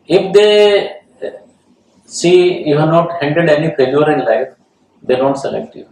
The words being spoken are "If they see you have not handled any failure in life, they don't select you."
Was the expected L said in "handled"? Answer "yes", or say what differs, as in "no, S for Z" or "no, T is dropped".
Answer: no, L is dropped